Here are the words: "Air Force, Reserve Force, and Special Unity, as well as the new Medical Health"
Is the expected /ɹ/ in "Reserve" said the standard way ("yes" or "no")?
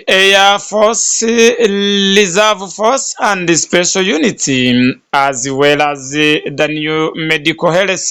no